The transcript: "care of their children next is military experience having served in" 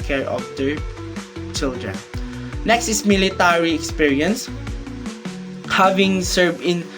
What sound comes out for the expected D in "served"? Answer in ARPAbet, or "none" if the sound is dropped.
none